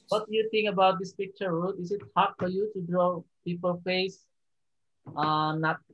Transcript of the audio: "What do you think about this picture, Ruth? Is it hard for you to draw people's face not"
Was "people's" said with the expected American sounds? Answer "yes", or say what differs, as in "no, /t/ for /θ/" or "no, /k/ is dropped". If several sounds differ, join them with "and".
no, /z/ is dropped